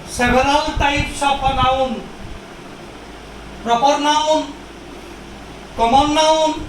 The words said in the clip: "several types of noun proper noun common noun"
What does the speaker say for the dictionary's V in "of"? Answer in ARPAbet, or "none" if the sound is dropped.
P